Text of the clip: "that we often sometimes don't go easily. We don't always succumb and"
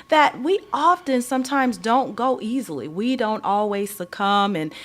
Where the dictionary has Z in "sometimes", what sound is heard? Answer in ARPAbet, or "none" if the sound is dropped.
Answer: Z